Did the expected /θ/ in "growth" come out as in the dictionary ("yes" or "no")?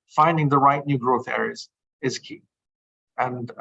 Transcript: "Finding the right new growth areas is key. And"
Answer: yes